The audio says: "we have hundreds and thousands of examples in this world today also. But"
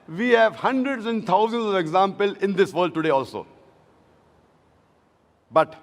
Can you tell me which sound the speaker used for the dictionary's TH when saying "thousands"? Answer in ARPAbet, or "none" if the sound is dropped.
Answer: T